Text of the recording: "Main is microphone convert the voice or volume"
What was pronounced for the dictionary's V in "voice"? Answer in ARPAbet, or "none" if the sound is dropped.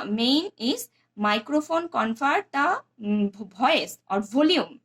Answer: B